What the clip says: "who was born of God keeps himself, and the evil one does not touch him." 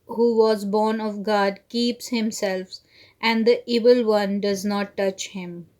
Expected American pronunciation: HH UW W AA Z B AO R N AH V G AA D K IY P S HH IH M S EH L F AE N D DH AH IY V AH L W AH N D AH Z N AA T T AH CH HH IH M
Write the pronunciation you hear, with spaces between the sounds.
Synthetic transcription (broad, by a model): HH UW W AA Z B AO R N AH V G AA D K IY P S HH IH M S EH L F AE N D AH IY V AH L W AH N D AH Z N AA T T AH CH HH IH M